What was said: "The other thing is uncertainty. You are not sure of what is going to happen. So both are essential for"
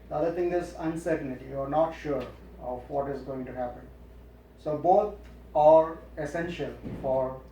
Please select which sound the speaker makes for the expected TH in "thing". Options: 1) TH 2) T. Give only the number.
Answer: 2